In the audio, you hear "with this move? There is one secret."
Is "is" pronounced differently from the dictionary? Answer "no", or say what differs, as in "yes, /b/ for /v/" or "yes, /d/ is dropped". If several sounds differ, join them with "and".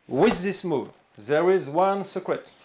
no